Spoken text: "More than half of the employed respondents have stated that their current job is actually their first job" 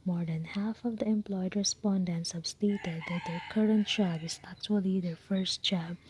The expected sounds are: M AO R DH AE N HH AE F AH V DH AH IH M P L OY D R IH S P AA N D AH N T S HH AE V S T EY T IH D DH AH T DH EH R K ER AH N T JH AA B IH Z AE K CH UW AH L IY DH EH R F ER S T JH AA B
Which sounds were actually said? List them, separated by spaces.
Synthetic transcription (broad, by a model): M AO R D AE N HH AE F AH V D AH IH M P L OY D R IH S P AA N D AH N T S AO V S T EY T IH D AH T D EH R K ER AH N T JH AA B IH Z AE K CH UW AH L IY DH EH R F ER S T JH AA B